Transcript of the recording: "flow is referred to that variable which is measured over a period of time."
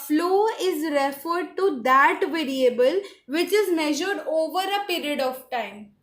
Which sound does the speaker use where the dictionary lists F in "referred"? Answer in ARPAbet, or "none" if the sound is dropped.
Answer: F